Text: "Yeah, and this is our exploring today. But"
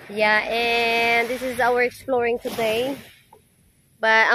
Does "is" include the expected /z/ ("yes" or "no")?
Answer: yes